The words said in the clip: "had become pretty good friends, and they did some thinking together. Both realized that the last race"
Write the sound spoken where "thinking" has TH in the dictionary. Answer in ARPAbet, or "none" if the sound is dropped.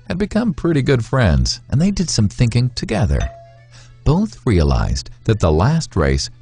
TH